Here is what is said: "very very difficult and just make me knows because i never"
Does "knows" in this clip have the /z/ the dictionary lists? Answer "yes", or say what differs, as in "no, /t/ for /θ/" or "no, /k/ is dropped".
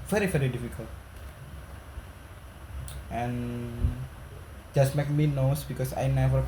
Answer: no, /s/ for /z/